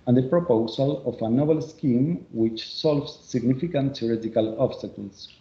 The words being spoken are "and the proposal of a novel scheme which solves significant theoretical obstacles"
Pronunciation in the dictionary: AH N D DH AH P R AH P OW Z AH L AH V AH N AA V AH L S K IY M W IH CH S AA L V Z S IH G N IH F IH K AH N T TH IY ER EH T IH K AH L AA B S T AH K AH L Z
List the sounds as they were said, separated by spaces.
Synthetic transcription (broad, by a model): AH N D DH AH P R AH P OW S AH L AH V AH N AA B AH L S K IY M W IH CH S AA L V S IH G N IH F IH K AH N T S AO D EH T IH K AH L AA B S T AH K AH L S